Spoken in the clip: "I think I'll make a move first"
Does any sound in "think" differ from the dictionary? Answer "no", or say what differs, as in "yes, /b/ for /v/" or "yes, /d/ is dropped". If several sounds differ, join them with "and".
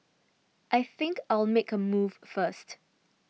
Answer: no